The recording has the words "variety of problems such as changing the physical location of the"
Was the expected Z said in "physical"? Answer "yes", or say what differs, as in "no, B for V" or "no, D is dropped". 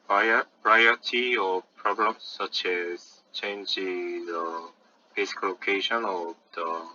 no, S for Z